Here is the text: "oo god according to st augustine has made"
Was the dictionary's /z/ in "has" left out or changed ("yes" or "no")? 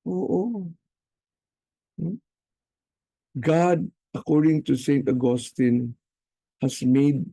yes